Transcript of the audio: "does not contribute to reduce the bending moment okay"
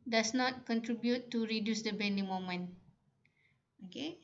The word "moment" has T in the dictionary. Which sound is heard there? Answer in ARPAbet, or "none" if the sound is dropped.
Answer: none